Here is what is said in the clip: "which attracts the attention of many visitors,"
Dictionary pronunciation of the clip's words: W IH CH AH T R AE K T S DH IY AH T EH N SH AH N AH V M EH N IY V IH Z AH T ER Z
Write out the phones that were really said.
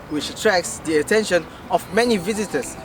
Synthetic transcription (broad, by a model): W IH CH AH T R AE K T S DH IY AH T EH N SH AH N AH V M EH N IY V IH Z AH T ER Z